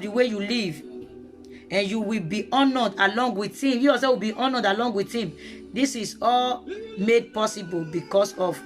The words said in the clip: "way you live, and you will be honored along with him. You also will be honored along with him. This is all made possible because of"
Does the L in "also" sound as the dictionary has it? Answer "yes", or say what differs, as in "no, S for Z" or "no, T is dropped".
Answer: no, L is dropped